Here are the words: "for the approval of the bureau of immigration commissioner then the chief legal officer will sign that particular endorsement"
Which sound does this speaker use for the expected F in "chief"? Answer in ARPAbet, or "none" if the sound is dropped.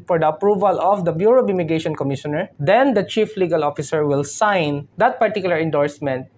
F